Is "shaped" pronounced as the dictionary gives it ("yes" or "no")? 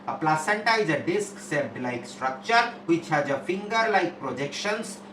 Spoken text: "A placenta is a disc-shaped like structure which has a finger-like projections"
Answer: no